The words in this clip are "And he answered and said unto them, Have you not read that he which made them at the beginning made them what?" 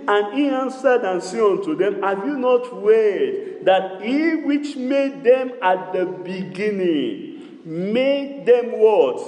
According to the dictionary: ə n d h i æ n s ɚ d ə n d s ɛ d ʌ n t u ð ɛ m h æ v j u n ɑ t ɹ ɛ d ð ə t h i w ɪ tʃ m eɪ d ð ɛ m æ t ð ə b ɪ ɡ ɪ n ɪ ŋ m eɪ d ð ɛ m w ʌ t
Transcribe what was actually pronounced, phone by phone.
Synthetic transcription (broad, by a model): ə n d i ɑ n s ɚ d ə n s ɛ ɔ n t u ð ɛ m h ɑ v j u n ɑ t w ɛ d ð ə t h i w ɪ tʃ m eɪ d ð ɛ m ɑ t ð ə b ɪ ɡ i n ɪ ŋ m eɪ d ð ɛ m w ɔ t